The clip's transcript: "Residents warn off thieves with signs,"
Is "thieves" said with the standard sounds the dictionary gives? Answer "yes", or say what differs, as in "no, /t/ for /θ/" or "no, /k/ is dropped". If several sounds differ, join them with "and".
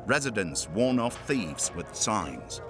yes